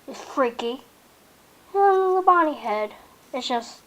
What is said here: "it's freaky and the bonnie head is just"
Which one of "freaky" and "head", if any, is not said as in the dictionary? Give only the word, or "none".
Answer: none